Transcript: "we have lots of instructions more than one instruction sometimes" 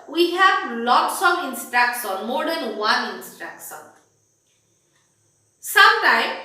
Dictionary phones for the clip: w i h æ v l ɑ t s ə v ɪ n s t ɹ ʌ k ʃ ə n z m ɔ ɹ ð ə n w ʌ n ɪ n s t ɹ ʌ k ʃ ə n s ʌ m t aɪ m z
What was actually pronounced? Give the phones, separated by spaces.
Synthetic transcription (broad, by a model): w i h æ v l ɑ t s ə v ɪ n s t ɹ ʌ k s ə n m ɔ ɹ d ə n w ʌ n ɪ n s t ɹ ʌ k s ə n s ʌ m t aɪ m